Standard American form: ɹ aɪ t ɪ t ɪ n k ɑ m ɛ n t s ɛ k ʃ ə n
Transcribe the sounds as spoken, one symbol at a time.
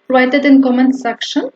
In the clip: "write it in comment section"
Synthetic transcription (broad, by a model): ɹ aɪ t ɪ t ɪ n k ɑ m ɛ n s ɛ k ʃ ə n